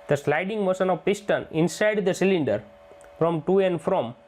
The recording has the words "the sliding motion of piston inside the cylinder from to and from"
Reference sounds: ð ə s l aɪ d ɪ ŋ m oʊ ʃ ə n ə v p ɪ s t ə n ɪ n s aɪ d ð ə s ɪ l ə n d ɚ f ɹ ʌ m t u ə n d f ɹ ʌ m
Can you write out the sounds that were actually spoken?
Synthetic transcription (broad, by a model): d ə s l aɪ d ɪ ŋ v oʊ s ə n ə v p ɪ s t ə n ɪ n s aɪ d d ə s ɪ l ə n d ɚ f ɹ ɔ m t u ə n d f ɹ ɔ m